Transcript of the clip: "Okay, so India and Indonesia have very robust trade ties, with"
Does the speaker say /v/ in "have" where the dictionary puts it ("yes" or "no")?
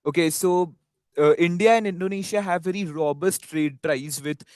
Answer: yes